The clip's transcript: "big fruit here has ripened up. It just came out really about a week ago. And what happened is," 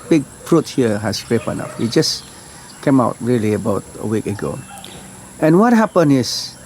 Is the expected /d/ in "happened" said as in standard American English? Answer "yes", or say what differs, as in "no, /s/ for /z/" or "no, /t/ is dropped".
no, /d/ is dropped